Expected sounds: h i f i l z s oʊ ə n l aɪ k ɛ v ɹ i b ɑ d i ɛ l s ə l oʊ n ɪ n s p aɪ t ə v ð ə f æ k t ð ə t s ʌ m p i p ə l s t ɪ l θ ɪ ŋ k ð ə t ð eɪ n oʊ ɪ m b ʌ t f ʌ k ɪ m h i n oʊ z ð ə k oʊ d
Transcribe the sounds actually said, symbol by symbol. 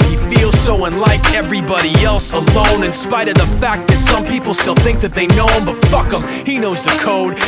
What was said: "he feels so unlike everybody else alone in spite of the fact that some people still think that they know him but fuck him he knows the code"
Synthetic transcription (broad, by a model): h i f i l z s oʊ ə n l aɪ k ɛ v ɹ i b ɑ d i ɛ l s ə l oʊ n ɪ n s p aɪ t ə v ð ə f æ k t ð ə t s ʌ m p i p l s t ɪ l θ ɪ ŋ k ð ə t ð eɪ n oʊ ɪ m b ʌ t f ʌ k ɪ m h i n oʊ z ð ə k oʊ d